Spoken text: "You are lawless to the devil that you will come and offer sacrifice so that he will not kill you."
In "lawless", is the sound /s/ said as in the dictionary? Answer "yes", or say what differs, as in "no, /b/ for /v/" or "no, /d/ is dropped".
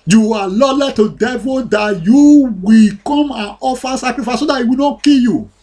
no, /s/ is dropped